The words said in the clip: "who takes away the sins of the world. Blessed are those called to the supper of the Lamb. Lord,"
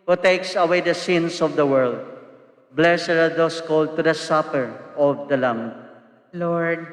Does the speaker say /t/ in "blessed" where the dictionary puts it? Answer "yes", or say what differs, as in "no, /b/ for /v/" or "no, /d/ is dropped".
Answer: no, /t/ is dropped